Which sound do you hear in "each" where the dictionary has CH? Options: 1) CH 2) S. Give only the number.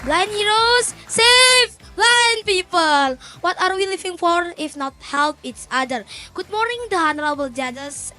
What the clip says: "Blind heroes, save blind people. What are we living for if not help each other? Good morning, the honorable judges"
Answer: 2